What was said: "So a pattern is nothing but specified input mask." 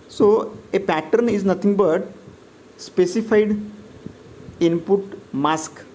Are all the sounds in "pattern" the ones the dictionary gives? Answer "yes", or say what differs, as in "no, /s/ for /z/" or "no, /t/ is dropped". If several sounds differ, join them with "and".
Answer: yes